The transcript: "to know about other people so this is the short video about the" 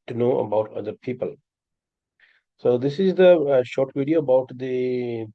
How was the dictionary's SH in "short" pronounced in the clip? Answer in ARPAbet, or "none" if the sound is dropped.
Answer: SH